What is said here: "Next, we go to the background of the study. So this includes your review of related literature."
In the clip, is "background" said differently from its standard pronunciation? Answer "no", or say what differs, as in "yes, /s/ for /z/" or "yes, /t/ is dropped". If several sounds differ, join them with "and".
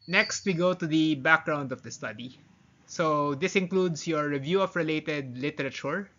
no